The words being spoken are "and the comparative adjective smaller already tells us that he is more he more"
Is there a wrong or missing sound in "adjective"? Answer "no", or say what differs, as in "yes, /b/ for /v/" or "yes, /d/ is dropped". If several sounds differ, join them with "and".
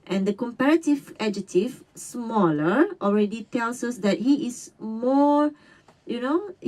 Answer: yes, /k/ is dropped